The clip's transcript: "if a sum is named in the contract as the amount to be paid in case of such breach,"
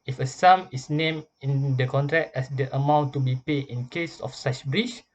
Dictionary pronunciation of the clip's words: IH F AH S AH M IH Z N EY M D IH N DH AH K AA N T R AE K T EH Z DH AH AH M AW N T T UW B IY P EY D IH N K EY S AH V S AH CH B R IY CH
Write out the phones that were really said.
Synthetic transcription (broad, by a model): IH F AH S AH M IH S N EY M IH N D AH K AA N T R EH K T EH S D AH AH M AW N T T UW B IY P EY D IH N K EY S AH F S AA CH B R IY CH